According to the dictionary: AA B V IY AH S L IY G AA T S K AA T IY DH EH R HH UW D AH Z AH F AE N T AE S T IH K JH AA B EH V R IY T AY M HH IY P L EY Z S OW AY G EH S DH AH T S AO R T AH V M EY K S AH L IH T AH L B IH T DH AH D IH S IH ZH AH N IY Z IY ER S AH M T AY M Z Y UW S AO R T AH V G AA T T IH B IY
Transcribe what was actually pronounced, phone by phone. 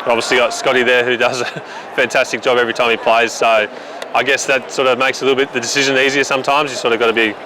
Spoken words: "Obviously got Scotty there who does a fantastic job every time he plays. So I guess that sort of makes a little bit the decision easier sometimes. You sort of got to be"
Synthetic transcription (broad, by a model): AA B V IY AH S L IY G AA T S K AA T IY DH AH R HH UW D AH Z AH F AE N T AE S T IH K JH AA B EH V R IY T AY M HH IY P L EY Z S OW AY G EH S DH AH T S AO R T AH V M EY K S AH L IH T L B IH T DH AH D IH S IH ZH AH N IY Z IY ER S AH M T AY M Z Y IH S AO R T AH V G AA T T IH B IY